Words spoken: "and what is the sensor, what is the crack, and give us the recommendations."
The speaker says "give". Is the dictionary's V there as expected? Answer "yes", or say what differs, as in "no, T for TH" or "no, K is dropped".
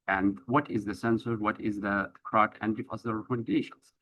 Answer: no, F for V